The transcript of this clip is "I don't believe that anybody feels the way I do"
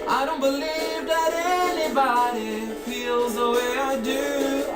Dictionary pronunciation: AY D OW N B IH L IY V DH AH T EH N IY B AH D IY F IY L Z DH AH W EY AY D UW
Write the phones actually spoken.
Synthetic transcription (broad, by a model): AY D OW N B IH L IY V DH AH T EH N IY B AH D IY F IY L Z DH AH W EY AY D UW